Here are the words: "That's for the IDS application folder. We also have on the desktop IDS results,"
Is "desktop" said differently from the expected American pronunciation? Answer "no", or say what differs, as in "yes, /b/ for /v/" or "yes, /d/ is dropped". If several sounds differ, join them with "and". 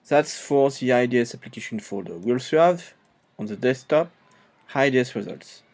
yes, /k/ is dropped